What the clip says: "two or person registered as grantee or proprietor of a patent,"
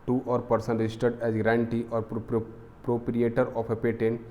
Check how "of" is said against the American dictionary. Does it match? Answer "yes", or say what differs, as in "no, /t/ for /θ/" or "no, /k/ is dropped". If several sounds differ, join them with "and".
no, /p/ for /v/